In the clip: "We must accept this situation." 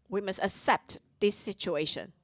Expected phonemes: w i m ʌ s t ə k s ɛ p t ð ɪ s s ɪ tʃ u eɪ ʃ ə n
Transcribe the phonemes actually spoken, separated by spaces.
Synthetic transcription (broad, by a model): w i m ʌ s t ə k s ɛ p t ð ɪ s s ɪ tʃ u eɪ ʃ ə n